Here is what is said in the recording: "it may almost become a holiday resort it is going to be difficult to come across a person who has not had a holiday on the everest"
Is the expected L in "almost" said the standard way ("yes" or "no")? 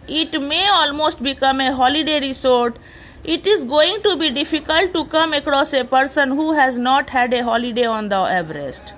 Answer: yes